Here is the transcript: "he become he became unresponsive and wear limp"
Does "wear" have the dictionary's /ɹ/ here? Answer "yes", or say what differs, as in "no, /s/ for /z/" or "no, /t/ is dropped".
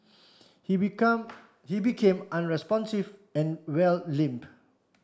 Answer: no, /l/ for /ɹ/